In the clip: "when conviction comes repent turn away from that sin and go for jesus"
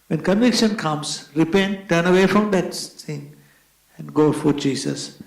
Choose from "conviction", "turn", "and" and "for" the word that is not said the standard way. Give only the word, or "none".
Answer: none